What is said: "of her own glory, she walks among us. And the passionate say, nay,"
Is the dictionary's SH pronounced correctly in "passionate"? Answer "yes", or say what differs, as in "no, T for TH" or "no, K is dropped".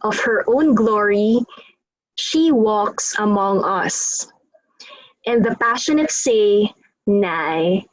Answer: yes